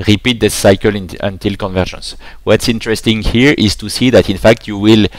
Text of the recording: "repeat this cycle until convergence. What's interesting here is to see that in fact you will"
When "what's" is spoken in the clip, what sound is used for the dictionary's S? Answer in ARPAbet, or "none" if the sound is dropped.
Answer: S